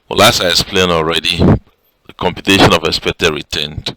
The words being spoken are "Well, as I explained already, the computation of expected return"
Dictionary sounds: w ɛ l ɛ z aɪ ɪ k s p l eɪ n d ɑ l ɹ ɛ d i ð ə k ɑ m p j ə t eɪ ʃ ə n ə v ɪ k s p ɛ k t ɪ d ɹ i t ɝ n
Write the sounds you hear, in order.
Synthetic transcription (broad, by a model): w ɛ l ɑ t aɪ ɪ s p l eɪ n ɑ l ɹ ɛ d i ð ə k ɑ m p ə t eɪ ʃ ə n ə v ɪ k s p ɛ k t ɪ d ɹ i t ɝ n